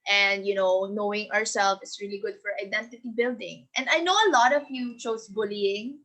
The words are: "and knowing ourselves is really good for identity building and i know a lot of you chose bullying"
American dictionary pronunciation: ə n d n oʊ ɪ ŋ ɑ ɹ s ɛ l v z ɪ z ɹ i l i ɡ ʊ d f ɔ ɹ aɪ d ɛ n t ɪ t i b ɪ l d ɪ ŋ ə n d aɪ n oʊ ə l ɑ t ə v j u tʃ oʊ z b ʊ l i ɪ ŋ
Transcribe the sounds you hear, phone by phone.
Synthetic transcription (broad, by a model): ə n d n oʊ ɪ ŋ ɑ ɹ s ɛ l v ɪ s ɹ i l i ɡ ʊ d f ɔ ɹ aɪ d ɛ n t ɪ t i b ɪ l d ɪ ŋ ə n d aɪ n oʊ ə l ɑ t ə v j u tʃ oʊ s b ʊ l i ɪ ŋ